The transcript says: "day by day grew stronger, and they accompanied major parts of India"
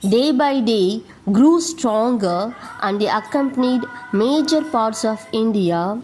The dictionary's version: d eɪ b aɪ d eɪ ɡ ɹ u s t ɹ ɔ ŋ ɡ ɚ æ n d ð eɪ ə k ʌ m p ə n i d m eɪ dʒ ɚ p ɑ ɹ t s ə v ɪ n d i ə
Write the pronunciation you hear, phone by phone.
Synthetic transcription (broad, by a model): d eɪ b aɪ d eɪ ɡ ɹ u s t ɹ ɔ ŋ ɡ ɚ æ n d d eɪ ə k ʌ m p ə n i d m eɪ dʒ ɚ p ɑ ɹ t s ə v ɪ n d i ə